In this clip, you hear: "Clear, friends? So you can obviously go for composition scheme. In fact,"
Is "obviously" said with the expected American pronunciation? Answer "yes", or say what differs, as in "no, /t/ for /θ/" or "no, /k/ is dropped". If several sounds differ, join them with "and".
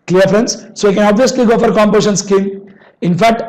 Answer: yes